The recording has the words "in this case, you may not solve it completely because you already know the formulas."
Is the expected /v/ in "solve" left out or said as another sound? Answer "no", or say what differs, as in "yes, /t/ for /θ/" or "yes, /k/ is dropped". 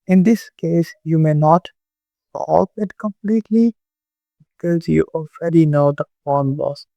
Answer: yes, /p/ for /v/